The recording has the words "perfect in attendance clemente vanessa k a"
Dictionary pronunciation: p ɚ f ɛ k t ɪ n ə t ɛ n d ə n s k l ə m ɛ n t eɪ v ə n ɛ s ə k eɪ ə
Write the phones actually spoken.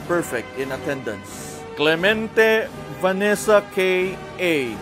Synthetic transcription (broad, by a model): p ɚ f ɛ k t ɪ n ə t ɛ n d ə n s k l ə m ɛ n t eɪ v ə n ɛ s ə k eɪ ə